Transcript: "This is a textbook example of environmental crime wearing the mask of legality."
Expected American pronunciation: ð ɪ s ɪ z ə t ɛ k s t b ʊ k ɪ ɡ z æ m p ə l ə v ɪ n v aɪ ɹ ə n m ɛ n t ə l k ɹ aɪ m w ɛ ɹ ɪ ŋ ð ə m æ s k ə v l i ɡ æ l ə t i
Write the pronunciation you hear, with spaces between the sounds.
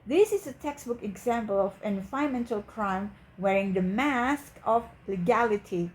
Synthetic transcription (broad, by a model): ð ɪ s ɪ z ə t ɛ k s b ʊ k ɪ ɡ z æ m p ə l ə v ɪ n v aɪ ə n m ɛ n t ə l k ɹ aɪ m w ɛ ɹ ɪ ŋ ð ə m æ s k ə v l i ɡ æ l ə t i